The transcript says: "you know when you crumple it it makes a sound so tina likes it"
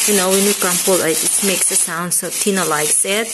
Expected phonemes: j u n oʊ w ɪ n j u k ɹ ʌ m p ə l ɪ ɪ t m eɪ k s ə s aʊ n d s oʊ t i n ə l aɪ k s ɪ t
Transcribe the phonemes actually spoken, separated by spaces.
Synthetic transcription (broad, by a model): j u n oʊ w ɪ n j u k ʌ m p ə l ɪ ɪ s m eɪ k s ə s aʊ n d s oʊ t i n ə l aɪ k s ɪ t